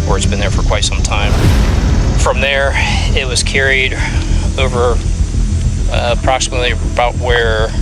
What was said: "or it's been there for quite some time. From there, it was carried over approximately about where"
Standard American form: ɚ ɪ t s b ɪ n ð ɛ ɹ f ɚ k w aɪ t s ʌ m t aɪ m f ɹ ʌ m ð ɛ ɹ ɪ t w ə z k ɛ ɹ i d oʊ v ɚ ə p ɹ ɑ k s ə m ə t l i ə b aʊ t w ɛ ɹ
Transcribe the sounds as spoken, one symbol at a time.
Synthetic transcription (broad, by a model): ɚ ɪ t s b ɪ n ð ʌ ɹ f ɚ k w aɪ t s ʌ m t aɪ m f ɹ ʌ m ð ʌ ɹ ɪ t w ə z k ɛ ɹ i d oʊ v ɚ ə p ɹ ɑ k s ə m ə t l i ə b aʊ t w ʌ ɹ